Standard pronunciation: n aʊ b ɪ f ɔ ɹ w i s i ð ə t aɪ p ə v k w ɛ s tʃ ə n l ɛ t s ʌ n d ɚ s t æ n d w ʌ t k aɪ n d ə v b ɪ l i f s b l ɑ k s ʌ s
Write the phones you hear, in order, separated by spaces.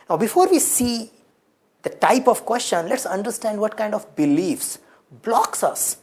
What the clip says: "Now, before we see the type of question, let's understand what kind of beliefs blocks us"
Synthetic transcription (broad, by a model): n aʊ b ɪ f ɔ ɹ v i s i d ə t aɪ p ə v k w ɛ s tʃ ə n l ɛ t s ʌ n d ɚ s t æ n d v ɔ t k aɪ n d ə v b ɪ l i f s b l ɑ k s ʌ s